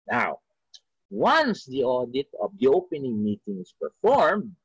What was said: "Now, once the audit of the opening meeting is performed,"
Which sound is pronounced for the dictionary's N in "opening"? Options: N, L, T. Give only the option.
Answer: N